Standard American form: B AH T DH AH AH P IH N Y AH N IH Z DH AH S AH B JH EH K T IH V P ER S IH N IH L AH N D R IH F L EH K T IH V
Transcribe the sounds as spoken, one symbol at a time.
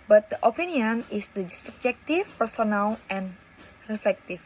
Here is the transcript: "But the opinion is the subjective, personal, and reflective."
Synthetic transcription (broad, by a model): B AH T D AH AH P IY N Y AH N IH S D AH S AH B JH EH K T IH F P ER S IH N IH L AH N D R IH F L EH K T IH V